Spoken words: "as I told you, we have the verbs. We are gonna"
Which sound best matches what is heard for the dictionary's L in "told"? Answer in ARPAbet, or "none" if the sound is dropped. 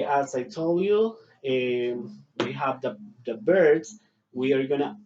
L